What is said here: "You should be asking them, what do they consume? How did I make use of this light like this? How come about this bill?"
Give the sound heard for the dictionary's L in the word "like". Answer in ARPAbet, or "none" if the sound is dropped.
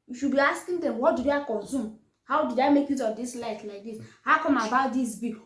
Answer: L